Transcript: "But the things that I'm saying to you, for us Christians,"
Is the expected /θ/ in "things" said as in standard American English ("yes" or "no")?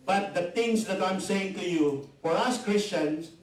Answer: no